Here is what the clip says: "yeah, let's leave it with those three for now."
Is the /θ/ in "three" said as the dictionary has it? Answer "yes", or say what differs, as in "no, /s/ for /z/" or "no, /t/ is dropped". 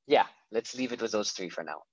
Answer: yes